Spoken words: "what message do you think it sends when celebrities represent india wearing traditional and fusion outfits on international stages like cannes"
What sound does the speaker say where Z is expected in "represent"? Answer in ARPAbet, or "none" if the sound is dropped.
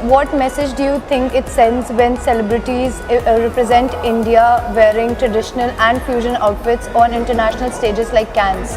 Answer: Z